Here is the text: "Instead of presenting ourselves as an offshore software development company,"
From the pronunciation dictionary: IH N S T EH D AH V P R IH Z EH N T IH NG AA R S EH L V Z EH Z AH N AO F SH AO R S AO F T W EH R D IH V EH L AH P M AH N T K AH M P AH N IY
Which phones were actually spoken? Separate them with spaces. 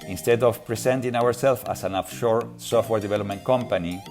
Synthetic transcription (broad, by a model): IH N S T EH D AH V P R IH S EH N T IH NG AA R S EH L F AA S AH N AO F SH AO R S AO F T W EH R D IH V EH L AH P M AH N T K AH M P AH N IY